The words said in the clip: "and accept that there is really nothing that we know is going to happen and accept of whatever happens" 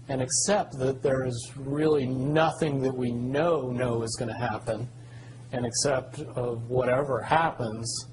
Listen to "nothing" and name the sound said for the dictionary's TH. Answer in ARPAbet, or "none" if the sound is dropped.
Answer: TH